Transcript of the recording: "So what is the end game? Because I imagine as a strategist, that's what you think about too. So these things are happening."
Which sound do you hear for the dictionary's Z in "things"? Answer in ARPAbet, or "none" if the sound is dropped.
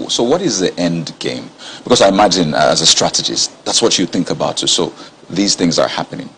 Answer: Z